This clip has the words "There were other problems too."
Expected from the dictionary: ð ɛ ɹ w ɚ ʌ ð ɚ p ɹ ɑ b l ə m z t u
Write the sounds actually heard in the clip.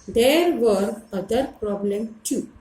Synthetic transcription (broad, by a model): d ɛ ɹ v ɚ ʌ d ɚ p ɹ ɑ b l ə m t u